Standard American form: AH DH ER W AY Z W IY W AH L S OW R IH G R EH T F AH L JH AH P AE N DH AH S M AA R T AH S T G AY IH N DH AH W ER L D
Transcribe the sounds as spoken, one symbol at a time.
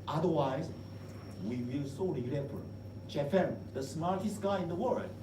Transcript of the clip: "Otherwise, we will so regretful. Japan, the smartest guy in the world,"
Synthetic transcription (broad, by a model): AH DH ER W AY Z W IY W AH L S OW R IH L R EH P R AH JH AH F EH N DH AH S M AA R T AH S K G AY IH N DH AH W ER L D